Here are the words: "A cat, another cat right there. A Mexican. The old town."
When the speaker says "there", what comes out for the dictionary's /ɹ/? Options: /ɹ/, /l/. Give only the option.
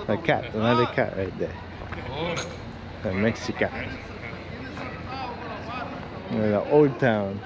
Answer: /l/